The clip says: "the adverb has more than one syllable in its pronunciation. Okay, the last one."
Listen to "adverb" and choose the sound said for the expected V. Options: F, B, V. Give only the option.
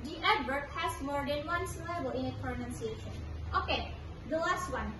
B